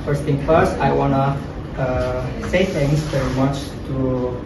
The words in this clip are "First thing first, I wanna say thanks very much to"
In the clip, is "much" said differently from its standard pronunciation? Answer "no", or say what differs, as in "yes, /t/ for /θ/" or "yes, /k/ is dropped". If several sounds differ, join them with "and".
no